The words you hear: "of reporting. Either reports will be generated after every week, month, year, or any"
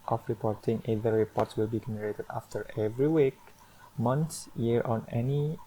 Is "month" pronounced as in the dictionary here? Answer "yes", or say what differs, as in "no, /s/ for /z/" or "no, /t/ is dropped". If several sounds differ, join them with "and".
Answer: no, /s/ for /θ/